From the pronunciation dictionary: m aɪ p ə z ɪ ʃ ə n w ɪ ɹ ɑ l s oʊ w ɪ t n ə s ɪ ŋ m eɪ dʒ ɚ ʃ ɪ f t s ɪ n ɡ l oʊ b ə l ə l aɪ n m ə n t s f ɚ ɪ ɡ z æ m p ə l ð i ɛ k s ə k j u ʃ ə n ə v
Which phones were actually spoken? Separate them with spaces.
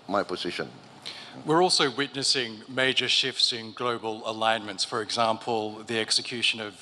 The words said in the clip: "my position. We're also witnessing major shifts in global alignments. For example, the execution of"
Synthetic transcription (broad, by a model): m aɪ p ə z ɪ ʃ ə n w ɪ ɹ ɑ l s oʊ w ɪ t n ə s ɪ ŋ m eɪ dʒ ɚ ʃ ɪ f t s ɪ n ɡ l oʊ b ə l ə l aɪ n m ə n t s f ɚ ɪ ɡ z æ m p ə l ð i ɛ k s ə k j u ʃ ə n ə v